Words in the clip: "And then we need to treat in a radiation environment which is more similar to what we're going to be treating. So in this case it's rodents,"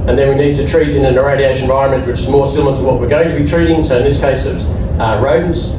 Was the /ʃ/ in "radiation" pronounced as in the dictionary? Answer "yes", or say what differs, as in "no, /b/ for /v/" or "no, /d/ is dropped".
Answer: no, /ʃ/ is dropped